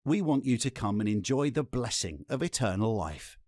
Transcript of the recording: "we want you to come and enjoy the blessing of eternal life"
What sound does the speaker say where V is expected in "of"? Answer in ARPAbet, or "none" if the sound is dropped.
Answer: V